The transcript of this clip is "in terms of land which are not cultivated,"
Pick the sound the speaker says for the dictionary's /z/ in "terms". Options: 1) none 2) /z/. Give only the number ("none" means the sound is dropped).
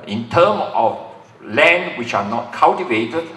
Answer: 1